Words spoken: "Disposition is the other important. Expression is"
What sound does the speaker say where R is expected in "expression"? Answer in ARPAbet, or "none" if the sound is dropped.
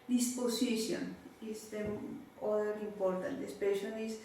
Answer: none